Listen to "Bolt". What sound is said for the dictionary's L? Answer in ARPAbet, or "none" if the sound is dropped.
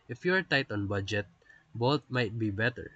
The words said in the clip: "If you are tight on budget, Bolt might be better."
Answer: none